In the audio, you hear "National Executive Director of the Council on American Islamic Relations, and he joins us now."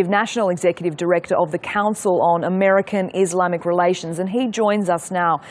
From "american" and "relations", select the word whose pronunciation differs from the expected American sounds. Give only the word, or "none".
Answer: none